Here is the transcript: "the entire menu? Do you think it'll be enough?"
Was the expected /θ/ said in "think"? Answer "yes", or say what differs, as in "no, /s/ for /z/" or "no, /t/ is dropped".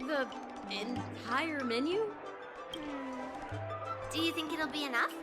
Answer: yes